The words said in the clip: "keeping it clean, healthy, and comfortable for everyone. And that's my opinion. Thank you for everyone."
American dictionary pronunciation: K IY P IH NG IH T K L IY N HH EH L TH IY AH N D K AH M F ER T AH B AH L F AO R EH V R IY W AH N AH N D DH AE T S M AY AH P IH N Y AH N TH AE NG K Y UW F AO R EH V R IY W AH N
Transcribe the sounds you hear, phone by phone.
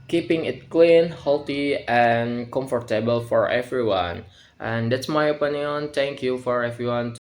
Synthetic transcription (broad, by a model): K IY P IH NG IH T K L IY N HH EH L T IY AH N K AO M F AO T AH B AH L F AO R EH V R IY W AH N AH N D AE T S M AY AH P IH N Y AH N T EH NG K Y UW F AO R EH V R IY W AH N